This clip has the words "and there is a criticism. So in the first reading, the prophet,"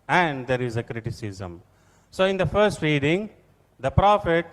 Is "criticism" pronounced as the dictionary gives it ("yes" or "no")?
yes